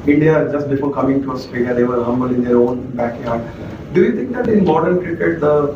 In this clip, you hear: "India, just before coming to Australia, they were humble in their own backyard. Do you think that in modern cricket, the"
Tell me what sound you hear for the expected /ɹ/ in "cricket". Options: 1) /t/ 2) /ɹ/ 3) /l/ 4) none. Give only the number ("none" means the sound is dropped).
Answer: 2